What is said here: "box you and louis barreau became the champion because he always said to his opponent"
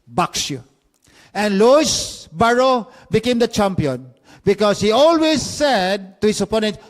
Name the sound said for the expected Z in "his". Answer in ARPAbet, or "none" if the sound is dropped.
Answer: S